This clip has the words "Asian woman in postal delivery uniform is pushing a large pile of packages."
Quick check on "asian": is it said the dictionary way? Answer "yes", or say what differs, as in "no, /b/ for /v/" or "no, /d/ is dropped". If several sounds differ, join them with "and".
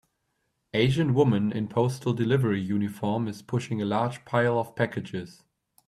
yes